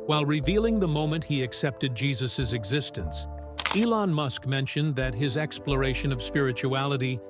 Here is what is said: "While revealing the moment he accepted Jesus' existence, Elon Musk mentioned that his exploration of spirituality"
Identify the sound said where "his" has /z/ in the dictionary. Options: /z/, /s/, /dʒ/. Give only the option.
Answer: /z/